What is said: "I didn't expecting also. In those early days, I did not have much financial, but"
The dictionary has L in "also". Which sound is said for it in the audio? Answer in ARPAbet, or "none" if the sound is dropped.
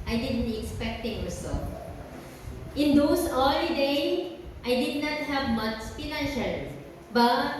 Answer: none